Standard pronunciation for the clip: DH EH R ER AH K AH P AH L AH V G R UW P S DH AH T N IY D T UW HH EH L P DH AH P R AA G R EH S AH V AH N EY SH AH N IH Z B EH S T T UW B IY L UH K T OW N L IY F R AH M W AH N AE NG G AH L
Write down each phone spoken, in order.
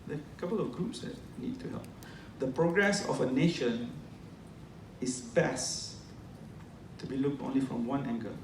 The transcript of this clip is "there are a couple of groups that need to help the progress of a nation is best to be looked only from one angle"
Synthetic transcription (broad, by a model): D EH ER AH K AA P AH L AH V G R UW P S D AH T N IY D T UW HH EH L P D AH P R AA G R EH S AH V AH N EY SH AH N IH S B EH S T T UW B IY L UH K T OW N L IY F R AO M W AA N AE NG G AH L